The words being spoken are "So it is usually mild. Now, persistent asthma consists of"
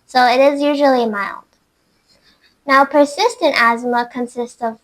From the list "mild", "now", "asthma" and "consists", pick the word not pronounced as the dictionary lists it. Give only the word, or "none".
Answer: none